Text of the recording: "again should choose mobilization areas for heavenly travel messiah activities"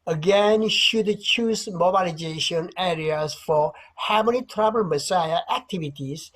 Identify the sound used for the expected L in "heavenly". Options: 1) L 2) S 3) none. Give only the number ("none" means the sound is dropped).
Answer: 3